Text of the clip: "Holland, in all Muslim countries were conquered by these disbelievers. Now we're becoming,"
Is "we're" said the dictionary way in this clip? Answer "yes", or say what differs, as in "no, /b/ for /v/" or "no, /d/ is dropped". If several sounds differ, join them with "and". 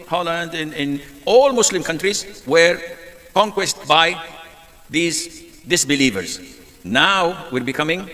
yes